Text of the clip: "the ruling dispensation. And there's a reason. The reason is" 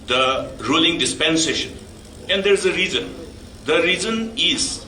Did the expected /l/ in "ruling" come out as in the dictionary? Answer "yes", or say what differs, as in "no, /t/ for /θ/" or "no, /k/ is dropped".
yes